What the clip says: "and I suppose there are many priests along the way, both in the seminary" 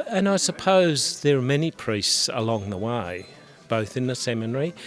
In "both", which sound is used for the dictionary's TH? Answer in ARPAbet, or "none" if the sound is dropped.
TH